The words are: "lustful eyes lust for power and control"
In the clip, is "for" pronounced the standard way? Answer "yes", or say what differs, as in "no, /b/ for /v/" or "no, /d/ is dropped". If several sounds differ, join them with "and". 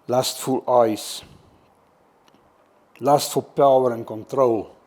no, /l/ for /ɹ/